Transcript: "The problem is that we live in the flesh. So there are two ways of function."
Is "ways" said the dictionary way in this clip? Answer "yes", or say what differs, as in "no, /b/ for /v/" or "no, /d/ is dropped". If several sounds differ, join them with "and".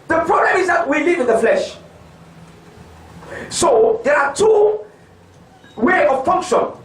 no, /z/ is dropped